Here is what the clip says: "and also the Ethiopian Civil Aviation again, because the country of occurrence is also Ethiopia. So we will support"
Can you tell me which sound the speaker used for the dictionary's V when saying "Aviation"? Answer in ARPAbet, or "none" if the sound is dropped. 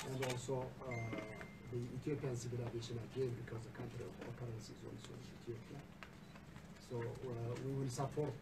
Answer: none